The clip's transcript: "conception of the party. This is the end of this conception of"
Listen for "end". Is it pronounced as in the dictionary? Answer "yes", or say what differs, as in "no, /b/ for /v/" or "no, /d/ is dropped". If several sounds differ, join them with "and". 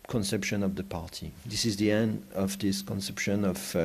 yes